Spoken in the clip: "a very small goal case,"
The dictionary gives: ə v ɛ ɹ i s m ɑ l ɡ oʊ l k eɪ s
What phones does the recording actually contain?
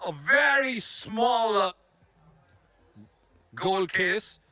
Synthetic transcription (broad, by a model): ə v ɛ ɹ i s m ɑ l ɡ oʊ l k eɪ s